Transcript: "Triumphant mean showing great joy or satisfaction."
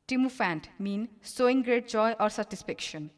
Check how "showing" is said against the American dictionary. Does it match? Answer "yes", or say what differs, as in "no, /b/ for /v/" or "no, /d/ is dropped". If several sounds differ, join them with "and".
no, /s/ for /ʃ/